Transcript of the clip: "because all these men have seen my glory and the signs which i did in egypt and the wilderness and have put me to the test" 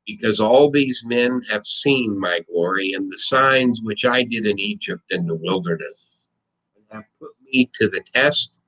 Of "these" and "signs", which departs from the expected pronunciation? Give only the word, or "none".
none